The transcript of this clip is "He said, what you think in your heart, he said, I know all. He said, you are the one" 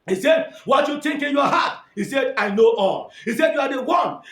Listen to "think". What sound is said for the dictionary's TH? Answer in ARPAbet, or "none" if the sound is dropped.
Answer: T